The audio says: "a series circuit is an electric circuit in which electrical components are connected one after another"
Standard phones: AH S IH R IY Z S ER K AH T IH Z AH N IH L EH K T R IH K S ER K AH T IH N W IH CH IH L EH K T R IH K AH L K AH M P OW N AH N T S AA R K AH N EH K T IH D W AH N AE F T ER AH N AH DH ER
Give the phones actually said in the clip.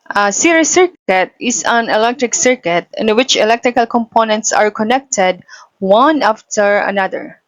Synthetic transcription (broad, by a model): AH S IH R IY S ER K AH T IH S AH N IH L EH K T R IH K S ER K AH T IH N W IH CH IH L EH K T R IH K AH L K AH M P OW N AH N T S AA R K AH N EH K T IH D W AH N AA F T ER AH N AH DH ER